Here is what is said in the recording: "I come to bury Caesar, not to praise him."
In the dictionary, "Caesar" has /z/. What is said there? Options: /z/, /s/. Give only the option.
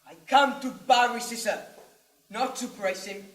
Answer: /s/